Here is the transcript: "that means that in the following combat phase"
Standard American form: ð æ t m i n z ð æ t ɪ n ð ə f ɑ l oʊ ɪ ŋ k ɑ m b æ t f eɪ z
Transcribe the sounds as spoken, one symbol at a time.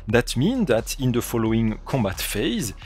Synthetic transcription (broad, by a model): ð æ t m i n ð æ t ɪ n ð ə f ɑ l oʊ ɪ ŋ k ɑ m b æ t f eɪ z